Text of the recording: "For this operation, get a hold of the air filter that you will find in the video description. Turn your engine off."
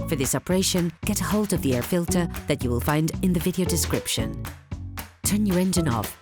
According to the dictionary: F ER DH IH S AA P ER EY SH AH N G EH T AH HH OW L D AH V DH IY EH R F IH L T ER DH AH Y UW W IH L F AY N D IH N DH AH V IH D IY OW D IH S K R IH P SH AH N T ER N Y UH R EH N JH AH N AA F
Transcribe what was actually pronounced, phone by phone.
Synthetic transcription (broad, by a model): F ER DH IH S AA P ER EY SH AH N G EH T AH HH OW L D AH V DH IY EH R F IH L T ER DH AH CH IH W IH L F AY N D IH N DH AH V IH D IY OW D IH S K R IH P SH AH N T ER N Y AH R EH N JH AH N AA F